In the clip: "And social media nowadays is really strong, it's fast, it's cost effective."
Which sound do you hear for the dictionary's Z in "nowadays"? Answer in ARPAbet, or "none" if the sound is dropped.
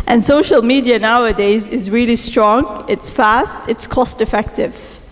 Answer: Z